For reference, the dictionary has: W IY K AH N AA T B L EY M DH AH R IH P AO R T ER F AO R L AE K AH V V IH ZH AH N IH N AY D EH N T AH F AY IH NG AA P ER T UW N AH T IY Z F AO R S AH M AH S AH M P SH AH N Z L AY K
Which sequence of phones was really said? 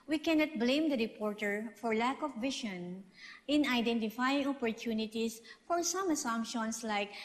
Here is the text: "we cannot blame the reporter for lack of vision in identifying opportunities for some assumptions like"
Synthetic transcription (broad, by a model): W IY K AH N AA T B L EY M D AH R IH P AO R T ER F AO R L AE K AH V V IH SH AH N IH N AY D EH N T AH F AY IH NG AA P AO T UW N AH T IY S F AO R S AH M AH S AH M P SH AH N S L AY K